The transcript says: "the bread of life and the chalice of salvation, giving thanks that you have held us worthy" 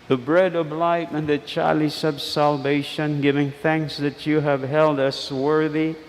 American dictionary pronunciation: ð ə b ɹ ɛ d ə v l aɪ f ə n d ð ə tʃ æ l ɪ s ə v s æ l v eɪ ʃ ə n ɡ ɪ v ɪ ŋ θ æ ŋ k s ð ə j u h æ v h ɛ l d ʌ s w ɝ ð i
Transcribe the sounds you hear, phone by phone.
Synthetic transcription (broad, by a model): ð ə b ɹ ɛ d ə v l aɪ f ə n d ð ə tʃ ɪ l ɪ s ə b s æ l v eɪ ʃ ə n ɡ ɪ v ɪ ŋ θ æ ŋ k s ð ə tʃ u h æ v h ɛ l d ʌ s w ɝ ð i